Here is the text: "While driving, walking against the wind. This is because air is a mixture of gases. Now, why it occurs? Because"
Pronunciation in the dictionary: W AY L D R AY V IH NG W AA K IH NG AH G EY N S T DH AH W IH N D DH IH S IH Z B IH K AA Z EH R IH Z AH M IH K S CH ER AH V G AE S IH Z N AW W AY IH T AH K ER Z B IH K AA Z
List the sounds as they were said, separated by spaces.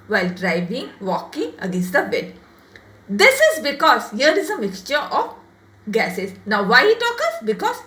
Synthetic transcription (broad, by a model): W AY L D R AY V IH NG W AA K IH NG AH G EY N S T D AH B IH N D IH S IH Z B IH K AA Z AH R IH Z AH M IH K S CH ER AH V G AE S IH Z N AW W AY IH T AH K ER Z B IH K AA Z